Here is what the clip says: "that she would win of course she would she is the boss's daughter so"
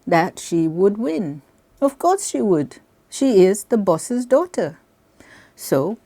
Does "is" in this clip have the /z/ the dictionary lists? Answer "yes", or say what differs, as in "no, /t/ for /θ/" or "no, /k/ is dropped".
yes